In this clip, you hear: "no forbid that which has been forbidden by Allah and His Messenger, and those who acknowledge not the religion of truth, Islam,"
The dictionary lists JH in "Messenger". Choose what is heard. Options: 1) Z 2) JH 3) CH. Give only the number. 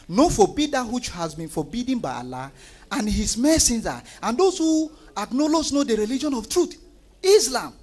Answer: 1